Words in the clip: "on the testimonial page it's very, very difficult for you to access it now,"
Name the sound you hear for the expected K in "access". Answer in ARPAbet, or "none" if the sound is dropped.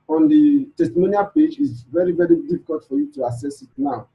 none